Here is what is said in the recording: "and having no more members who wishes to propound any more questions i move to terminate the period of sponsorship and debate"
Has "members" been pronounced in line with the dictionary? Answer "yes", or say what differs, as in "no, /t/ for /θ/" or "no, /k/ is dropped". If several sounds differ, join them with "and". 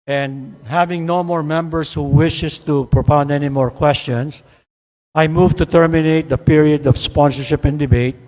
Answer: no, /s/ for /z/